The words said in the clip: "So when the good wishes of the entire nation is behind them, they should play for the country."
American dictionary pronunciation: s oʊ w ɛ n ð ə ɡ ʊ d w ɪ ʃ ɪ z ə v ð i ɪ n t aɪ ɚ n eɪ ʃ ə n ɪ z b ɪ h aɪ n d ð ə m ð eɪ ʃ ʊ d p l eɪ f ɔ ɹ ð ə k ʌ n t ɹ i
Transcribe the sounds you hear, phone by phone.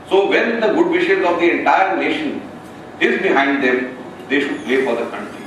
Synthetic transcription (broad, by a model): s oʊ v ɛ n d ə ɡ ʊ d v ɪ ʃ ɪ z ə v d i ɪ n t aɪ ɚ n eɪ ʃ ə n ɪ z b ɪ h aɪ n d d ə m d eɪ ʃ ʊ d p l eɪ f ɔ ɹ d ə k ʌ n t ɹ i